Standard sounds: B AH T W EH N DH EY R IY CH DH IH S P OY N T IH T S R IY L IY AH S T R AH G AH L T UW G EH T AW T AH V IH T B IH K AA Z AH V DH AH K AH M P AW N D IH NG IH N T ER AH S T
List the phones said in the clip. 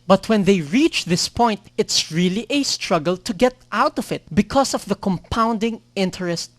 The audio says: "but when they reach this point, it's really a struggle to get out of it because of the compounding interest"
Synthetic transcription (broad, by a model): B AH T W EH N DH EY R IY CH DH IH S P OY N T IH T S R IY L IY AH S T R AH G AH L T UW G EH T AW T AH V IH T B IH K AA S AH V DH AH K AH M P AW N D IH NG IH N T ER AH S T